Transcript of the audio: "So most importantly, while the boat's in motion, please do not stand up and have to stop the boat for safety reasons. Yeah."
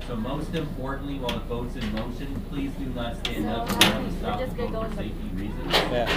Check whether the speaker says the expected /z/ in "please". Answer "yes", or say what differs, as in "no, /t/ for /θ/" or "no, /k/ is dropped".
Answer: yes